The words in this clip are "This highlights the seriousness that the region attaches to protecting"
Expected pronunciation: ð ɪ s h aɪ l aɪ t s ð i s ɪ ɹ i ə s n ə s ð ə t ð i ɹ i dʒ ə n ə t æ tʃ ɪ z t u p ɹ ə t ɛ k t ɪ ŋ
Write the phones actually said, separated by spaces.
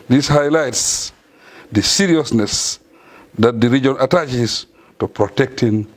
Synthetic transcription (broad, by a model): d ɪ s h aɪ l aɪ t s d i s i ɹ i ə s n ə s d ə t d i ɹ i dʒ ə n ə t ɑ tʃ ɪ s t u p ɹ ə t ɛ k t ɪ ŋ